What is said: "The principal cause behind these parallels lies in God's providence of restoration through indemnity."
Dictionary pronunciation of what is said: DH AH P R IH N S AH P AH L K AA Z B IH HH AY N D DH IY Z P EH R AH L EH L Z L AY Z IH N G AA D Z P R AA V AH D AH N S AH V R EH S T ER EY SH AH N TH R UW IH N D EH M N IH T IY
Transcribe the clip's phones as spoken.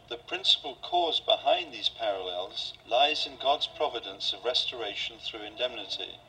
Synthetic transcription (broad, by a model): DH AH P R IH N S AH P AH L K AA Z B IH HH AY N DH IY Z P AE R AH L EH L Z L AY Z IH N G AA D Z P R AA V AH D AH N S AH V R EH S T ER EY SH AH N TH R UW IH N D EH M N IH T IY